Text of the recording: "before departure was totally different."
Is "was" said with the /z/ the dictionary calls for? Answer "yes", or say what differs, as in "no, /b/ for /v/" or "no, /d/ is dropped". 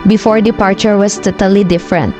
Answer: no, /s/ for /z/